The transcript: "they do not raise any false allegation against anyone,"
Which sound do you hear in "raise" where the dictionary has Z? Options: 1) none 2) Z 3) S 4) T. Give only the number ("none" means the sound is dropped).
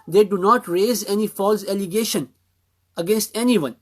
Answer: 2